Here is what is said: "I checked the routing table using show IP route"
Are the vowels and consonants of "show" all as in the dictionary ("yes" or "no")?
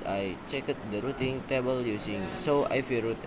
no